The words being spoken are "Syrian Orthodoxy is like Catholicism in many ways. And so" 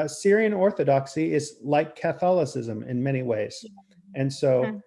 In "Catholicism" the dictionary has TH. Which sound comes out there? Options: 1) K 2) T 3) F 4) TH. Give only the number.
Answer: 4